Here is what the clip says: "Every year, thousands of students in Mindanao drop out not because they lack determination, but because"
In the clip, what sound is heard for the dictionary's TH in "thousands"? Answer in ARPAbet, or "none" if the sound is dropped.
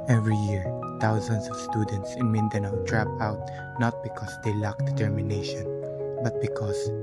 T